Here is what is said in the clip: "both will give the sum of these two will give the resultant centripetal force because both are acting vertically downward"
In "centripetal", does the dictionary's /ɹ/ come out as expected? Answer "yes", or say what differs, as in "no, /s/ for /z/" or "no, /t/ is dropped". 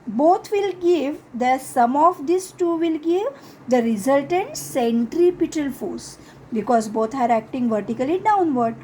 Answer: yes